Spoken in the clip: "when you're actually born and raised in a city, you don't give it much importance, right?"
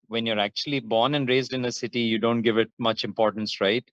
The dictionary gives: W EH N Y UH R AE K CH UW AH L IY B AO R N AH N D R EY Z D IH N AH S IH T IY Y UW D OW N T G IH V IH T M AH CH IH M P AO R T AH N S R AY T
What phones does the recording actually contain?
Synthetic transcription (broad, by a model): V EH N Y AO R AE K CH UW AH L IY B AO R N AH N D R EY Z D IH N AH S IH T IY Y UW D OW N T G IH V IH T M AH CH IH M P AO R T AH N S R AY T